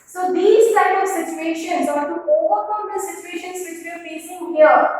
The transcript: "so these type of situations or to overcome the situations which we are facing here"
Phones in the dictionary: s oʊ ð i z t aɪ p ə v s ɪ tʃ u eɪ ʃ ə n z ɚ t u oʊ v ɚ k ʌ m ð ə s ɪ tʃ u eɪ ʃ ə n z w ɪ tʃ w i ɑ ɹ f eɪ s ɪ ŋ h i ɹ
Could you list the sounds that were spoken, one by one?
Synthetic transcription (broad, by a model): s oʊ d i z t aɪ ə v s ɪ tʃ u eɪ ʃ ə n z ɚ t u oʊ v ɚ k ʌ m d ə s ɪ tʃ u eɪ ʃ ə n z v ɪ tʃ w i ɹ f eɪ s ɪ ŋ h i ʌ